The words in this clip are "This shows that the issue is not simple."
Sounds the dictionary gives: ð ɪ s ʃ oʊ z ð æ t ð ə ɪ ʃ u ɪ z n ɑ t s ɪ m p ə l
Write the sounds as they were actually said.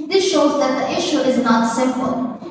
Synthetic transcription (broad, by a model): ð ɪ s ʃ oʊ z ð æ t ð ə ɪ ʃ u ɪ z n ɑ t s ɪ m p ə l